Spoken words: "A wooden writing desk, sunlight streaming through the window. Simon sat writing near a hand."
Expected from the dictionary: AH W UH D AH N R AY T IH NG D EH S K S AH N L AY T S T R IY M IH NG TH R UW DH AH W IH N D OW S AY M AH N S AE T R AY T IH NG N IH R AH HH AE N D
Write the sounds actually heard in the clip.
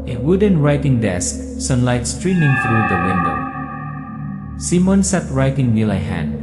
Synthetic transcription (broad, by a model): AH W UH D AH N R AY T IH NG D EH S K S AH N L AY T S T R IY M IH NG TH R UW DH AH W IH N D OW S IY M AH N S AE T R AY T IH NG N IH L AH HH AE N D